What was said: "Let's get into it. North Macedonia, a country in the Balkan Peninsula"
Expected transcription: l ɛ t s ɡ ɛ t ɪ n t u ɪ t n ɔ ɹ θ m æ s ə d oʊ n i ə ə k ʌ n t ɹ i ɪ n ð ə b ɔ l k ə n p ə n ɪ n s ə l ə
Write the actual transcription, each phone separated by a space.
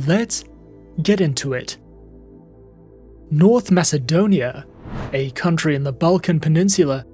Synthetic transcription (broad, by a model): l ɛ t s ɡ ɛ t ɪ n t u ɪ t n ɔ ɹ θ m æ s ə d oʊ n i ə ə k ʌ n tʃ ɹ i ɪ n ð ə b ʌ l k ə n p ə n ɪ n s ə l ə